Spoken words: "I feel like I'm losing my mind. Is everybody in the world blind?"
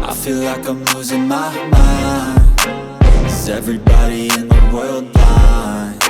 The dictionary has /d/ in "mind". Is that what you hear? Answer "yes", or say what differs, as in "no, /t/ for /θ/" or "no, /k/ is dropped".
no, /d/ is dropped